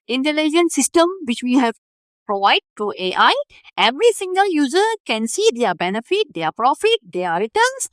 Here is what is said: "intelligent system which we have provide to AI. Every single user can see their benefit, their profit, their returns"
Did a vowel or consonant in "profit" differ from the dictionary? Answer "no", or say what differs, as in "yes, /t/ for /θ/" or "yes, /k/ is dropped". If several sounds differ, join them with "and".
no